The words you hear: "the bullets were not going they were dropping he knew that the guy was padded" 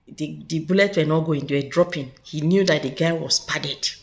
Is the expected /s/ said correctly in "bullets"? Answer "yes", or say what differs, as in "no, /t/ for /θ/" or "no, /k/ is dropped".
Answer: no, /s/ is dropped